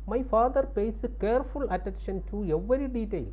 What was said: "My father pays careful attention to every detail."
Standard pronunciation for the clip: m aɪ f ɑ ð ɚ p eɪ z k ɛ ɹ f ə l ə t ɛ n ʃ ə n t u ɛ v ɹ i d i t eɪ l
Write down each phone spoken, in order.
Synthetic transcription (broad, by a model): m aɪ f ɑ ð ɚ p eɪ s k ɛ ɹ f ə l ə t ɛ n ʃ ə n t u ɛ v ɹ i d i t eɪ l